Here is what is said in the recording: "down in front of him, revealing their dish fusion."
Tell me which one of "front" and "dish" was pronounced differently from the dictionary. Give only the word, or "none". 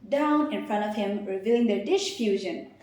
none